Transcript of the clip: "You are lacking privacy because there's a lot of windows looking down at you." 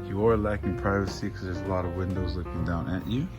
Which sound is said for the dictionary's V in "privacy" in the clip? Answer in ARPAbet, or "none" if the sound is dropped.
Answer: V